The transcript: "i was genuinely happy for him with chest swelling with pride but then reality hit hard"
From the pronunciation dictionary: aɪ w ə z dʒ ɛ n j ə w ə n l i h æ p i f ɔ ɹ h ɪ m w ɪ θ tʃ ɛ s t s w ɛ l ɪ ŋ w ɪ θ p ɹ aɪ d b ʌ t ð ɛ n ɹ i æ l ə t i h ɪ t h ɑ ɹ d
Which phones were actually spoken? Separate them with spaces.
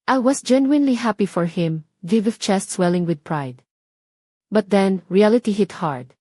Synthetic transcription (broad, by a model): aɪ w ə s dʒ ɛ n j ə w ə n l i h æ p i f ɔ ɹ h ɪ m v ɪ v tʃ ɛ s t s w ɛ l ɪ ŋ w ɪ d p ɹ aɪ d b ʌ t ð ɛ n ɹ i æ l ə t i h ɪ t h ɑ ɹ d